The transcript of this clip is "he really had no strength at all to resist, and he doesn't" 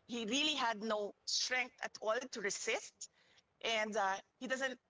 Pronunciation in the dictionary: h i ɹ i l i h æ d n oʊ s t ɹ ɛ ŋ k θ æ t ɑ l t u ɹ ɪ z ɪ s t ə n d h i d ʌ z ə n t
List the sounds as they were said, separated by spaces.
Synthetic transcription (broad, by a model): h i ɹ i l i h æ d n oʊ s t ɹ ɛ ŋ k t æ t ɑ l t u ɹ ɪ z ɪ s t ə n d h i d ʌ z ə n t